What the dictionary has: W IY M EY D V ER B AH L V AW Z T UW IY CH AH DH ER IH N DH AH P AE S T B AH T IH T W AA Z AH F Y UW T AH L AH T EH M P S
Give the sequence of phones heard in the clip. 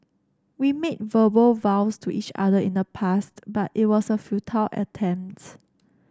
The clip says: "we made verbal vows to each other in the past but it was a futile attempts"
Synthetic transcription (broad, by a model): W IY M EY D V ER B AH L V AW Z T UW IY CH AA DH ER IH N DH AH P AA S T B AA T IH T W AA S AH F Y UW T AH L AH T EH M P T